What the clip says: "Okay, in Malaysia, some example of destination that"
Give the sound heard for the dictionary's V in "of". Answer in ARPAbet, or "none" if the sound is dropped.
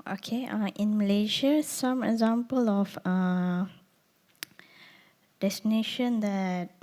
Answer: F